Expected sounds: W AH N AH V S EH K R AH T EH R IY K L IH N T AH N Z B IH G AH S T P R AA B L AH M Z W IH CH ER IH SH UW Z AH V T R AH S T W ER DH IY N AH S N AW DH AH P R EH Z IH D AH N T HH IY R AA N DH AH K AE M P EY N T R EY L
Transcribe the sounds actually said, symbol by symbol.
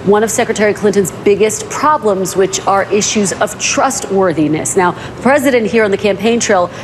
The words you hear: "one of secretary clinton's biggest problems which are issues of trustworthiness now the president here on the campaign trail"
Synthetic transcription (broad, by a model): W AH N AH V S EH K R AH T EH R IY K L IH N T AH N Z B IH G AH S T P R AA B L AH M Z W IH CH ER IH SH UW Z AH V T R AH S T W ER DH IY N AH S N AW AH P R EH Z IH D AH N T HH IY R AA N DH AH K AE M P EY N T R EY L